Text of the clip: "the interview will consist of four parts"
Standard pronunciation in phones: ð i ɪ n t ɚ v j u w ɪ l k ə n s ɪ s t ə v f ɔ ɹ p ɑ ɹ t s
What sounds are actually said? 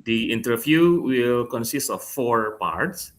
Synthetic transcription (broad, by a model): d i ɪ n t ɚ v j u w ɪ l k ə n s ɪ s t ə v f ɔ ɹ p ɑ ɹ t s